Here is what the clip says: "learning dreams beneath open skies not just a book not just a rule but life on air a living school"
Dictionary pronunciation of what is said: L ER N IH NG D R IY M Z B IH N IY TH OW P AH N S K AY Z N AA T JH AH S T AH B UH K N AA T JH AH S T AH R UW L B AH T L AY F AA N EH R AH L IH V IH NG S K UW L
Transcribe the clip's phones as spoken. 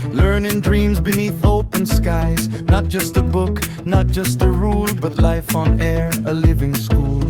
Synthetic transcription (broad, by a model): L ER N IH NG D R IY M Z B IH N IY TH OW P AH N S K AY Z N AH T JH AH S T AH B UH K N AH T JH AH S T AH R UW L B AH T L AY F N EH R AH L IH V IH NG S K UW L